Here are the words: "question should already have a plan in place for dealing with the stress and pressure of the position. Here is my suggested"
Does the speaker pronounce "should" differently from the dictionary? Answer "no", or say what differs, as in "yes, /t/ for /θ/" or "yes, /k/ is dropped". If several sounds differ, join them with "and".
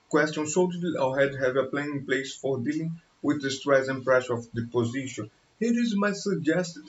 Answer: yes, /s/ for /ʃ/